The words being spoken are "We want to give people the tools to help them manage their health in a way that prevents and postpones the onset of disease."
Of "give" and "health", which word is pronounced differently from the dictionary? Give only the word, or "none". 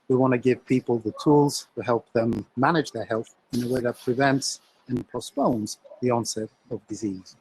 none